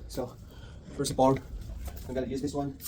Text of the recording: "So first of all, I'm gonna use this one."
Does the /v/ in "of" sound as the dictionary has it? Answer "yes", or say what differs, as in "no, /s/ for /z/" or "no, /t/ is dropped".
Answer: no, /p/ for /v/